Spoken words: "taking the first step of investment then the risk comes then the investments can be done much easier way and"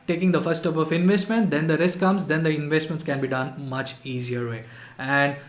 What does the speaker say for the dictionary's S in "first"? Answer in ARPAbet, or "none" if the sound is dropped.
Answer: none